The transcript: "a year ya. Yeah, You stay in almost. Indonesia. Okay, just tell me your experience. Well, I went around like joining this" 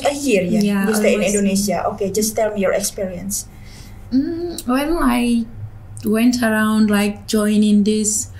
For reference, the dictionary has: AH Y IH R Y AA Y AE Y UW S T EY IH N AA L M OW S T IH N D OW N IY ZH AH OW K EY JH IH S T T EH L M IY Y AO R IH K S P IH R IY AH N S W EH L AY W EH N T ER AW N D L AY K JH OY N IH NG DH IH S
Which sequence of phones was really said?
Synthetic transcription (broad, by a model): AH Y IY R Y AA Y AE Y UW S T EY IH N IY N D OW N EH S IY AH OW K EY JH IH S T T EH L M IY Y AO R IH K S P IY R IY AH N S W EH N AY W EH N T ER AW N D L AY K JH OY N IH NG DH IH S